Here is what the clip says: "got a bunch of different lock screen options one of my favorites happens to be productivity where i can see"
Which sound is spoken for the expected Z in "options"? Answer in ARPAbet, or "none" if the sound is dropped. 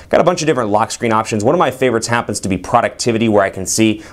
Z